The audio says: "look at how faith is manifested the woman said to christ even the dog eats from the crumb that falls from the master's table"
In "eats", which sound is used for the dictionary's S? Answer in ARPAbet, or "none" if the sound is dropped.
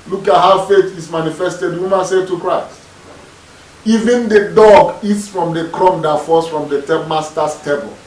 S